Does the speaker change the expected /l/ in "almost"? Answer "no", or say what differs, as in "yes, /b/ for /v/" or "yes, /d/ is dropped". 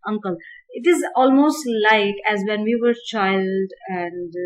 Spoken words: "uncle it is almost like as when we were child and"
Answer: no